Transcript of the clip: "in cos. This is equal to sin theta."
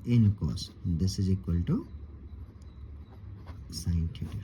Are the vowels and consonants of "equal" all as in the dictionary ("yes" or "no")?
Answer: yes